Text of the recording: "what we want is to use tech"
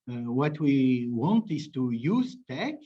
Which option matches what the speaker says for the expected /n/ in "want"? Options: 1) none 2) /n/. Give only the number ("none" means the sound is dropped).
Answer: 2